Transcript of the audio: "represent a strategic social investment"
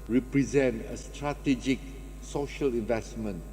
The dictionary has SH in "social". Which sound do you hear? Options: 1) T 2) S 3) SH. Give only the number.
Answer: 3